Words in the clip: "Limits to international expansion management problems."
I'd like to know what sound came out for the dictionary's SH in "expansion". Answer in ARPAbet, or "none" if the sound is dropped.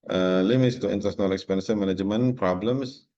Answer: S